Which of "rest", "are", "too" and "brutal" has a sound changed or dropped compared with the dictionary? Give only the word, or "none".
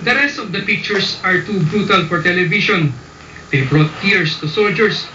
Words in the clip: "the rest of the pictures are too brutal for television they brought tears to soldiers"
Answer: none